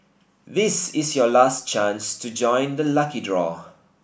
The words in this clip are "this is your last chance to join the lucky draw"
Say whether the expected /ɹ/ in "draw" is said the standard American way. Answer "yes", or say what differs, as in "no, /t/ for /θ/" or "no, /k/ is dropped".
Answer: yes